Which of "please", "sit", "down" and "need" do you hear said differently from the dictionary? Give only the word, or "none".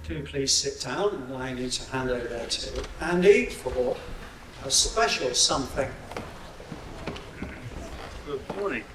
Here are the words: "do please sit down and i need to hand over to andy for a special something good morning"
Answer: down